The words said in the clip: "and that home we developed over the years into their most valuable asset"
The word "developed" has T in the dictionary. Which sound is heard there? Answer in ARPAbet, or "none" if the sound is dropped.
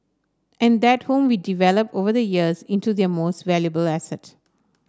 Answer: none